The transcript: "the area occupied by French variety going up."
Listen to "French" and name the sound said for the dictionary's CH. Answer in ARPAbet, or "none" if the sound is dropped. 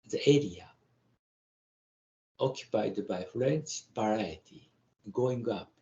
S